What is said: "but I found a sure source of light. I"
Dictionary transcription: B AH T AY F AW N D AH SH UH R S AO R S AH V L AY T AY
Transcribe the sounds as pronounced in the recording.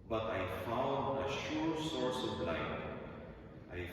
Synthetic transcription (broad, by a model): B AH T AY F AW N D AH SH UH R S AO R S AH V L AY T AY